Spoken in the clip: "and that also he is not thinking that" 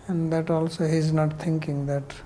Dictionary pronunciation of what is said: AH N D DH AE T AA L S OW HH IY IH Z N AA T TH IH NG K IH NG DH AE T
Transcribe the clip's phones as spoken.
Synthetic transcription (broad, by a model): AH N D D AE T AA L S OW HH IY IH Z N AA T T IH NG K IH NG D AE T